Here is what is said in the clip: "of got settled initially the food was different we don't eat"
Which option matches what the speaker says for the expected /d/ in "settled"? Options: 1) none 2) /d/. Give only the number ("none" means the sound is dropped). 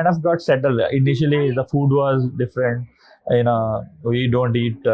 1